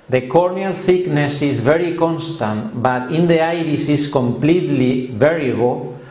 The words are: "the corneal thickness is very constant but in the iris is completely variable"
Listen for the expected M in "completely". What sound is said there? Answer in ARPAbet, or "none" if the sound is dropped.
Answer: M